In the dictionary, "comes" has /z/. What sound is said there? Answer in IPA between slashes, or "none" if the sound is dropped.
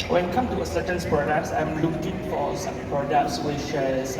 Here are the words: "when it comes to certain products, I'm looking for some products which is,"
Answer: none